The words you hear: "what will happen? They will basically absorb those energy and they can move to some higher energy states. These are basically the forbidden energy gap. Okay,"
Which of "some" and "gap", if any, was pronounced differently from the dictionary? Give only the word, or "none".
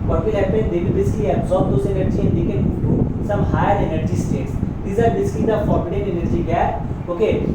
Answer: gap